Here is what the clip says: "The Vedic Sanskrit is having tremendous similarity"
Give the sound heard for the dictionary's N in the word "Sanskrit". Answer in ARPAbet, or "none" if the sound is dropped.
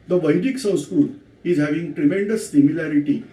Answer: none